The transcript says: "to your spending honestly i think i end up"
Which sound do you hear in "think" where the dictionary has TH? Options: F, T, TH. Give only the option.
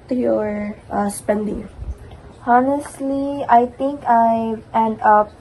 T